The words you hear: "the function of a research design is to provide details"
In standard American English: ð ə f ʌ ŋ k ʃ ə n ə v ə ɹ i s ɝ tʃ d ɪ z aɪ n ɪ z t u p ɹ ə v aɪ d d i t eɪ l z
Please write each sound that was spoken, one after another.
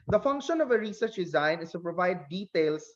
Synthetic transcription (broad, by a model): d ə f ʌ ŋ k ʃ ə n ə v ə ɹ i s ɝ tʃ d ɪ z aɪ n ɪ s t u p ɹ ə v aɪ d d i t eɪ l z